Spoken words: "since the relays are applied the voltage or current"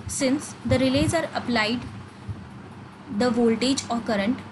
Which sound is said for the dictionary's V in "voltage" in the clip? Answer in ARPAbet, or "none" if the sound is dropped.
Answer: V